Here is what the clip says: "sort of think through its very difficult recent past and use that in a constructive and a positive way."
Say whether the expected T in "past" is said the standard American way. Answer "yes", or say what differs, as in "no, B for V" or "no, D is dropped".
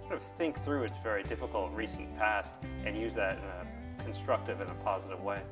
yes